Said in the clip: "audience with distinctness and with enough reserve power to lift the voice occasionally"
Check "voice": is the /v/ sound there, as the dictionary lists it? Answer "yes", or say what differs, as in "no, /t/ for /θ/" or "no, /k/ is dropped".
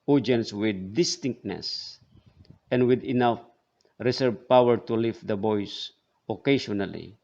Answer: no, /b/ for /v/